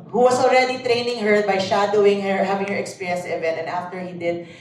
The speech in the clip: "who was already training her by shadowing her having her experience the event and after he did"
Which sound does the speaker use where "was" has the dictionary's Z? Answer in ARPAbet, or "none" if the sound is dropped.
S